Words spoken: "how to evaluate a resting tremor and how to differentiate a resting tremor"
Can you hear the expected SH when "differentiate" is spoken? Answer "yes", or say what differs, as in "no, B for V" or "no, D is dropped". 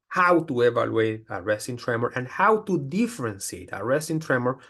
no, S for SH